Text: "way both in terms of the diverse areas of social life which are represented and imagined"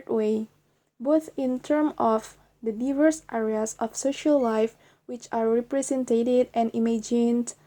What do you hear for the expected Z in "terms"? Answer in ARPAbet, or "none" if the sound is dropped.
none